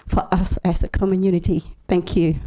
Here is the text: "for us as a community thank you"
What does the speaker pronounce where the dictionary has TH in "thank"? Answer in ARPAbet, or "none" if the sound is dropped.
TH